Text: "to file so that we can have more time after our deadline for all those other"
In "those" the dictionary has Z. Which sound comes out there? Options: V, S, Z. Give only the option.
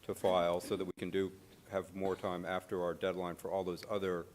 Z